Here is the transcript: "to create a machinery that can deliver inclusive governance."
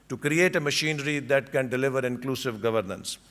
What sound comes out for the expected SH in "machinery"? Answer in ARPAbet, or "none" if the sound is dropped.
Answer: SH